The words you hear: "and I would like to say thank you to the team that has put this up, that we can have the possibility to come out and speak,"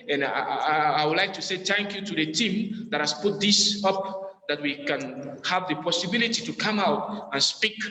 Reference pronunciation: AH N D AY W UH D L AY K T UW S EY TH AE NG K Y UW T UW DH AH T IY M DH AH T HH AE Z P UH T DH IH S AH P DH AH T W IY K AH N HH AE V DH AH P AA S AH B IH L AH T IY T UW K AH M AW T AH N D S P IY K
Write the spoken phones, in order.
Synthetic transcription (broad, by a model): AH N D AY W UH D L AY K T UW S EY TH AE NG K Y UW T UW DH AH T IY M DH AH T HH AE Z P UH T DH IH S AH P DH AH T W IY K AH N HH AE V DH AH P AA S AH B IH L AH T IY T UW K AH M AW T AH N S P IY K